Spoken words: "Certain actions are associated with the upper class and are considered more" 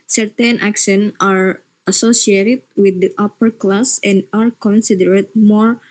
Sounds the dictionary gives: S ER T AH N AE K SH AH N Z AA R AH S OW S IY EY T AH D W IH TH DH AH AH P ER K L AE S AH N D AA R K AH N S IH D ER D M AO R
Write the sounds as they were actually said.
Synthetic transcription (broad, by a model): S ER T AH N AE K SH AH N AA R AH S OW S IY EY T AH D W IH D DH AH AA P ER K L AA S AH N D AA R K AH N S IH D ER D M AO R